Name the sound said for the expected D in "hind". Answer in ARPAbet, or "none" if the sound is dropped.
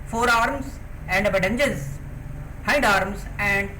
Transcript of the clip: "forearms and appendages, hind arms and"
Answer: D